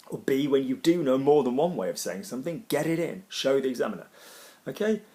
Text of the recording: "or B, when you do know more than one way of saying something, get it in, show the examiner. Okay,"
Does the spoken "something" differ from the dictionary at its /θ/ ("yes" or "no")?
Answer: no